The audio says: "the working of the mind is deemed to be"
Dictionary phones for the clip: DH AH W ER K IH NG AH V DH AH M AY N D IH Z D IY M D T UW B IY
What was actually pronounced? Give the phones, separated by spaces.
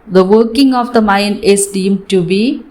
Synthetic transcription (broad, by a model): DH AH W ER K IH NG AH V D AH M AY N IH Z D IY M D T UW B IY